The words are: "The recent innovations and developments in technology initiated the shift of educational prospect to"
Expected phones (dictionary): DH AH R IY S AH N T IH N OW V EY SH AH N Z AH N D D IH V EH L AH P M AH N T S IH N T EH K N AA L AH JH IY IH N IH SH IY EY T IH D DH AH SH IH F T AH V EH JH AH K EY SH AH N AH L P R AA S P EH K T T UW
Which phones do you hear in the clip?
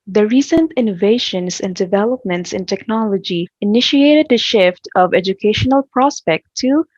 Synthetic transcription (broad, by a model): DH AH R IY S AH N T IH N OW V EY SH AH N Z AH N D D IH V EH L AH P M AH N T S IH N T EH K N AA L AH JH IY IH N IH SH IY EY T IH D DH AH SH IH F T AH V EH JH AH K EY SH AH N AH L P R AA S P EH K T T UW